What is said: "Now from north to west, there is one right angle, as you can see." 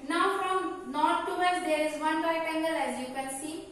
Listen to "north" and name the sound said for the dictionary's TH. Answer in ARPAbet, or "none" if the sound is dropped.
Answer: T